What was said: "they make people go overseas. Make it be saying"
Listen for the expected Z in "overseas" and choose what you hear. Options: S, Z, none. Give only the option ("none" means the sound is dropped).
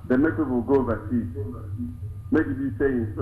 none